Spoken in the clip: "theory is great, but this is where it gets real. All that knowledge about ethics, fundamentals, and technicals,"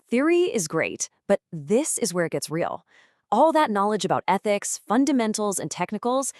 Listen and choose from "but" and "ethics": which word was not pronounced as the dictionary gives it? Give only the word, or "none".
none